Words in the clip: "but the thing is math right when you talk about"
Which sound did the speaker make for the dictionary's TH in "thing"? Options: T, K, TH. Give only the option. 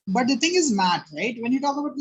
T